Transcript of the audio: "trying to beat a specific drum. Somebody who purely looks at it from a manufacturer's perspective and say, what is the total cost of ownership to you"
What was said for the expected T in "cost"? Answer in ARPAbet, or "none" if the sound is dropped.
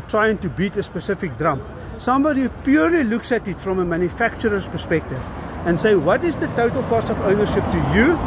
none